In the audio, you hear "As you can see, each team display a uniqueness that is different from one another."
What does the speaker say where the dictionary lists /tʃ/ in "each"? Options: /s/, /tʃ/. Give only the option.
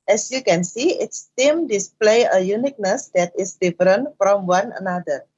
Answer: /s/